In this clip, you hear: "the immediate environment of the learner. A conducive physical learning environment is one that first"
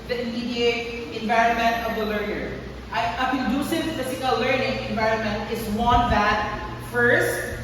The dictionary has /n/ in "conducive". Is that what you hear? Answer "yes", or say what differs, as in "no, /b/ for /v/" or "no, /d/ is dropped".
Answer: no, /n/ is dropped